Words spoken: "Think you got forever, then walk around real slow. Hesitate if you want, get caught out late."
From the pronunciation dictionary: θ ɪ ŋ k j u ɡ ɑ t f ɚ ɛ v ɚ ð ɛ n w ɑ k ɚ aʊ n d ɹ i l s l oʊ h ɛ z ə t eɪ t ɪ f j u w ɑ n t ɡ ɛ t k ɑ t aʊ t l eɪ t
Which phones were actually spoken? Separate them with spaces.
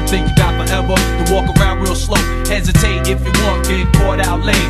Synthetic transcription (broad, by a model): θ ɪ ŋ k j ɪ ɡ ɑ t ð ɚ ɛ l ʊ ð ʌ w ɑ k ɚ aʊ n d w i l s l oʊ h ɛ z ə t eɪ t ɪ f j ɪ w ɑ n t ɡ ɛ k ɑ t aʊ t l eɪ